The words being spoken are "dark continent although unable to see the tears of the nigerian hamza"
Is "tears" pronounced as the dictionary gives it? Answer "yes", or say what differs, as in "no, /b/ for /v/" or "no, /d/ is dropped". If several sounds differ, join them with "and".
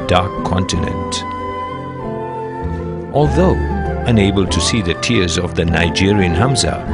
yes